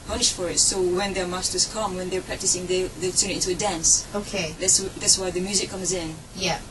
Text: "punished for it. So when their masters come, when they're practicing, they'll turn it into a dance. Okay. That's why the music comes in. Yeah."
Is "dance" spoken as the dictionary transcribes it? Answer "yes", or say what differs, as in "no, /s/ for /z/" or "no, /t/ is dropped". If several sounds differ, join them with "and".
yes